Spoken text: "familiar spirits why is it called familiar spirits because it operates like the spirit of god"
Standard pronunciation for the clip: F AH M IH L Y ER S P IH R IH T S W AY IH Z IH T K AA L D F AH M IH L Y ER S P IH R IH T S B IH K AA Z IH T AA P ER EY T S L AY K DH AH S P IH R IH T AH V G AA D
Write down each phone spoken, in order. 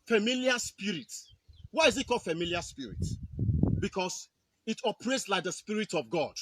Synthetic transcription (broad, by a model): F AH M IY L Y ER S P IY R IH T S W AY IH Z IH T K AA F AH M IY L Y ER S P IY R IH T B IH K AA S IH T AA P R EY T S L AY K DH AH S P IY R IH T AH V G AA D